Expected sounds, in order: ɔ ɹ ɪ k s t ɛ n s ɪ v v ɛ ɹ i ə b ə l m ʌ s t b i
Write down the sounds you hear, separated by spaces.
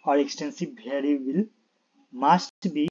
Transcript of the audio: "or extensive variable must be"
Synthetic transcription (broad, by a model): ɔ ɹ ɪ k s t ɛ n s ɪ v b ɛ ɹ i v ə l m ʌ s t b i